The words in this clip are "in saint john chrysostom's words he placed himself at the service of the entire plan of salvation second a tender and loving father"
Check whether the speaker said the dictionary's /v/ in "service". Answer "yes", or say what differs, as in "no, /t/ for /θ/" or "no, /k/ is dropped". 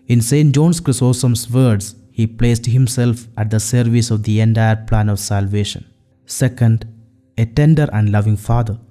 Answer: yes